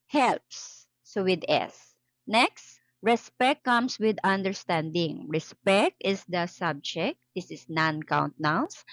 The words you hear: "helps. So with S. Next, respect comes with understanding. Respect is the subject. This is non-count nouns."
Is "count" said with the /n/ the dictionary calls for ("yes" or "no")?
yes